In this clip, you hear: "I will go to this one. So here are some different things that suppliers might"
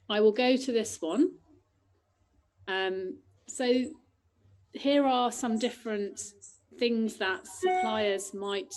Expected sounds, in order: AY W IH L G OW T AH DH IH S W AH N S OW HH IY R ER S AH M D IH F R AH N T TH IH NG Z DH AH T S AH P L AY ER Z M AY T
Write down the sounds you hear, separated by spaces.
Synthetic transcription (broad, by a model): AY W IH L G OW T AH DH IH S W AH N S OW HH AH R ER S AH M D IH F R AH N T TH IH NG Z DH AH T S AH P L AY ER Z M AY T